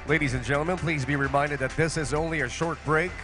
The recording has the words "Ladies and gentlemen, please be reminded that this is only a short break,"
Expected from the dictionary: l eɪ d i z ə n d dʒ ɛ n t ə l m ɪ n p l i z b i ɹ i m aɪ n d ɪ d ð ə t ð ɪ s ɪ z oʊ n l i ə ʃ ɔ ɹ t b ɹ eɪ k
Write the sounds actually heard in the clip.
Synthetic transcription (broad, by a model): l eɪ d i z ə n dʒ ɛ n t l m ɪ n p l i z b i ɹ i m aɪ n d ɪ d ð ə t ð ɪ s ɪ z oʊ n l i ə ʃ ɔ ɹ t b ɹ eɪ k